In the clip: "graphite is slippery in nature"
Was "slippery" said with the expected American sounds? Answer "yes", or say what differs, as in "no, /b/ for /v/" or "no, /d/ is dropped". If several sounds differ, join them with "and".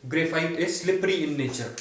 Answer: yes